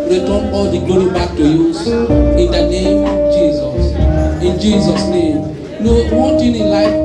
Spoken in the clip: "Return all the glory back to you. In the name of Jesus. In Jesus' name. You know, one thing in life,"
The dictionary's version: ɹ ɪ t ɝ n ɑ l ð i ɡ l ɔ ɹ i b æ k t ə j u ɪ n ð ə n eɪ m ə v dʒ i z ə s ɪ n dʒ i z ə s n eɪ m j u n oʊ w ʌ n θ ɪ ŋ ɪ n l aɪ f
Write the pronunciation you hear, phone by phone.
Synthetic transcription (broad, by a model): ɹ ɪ t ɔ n ɑ l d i ɡ l ɔ ɹ i b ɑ k t ə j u ɪ n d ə n eɪ m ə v dʒ i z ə s ɪ n dʒ i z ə s n eɪ m n oʊ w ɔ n t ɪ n ɪ n l aɪ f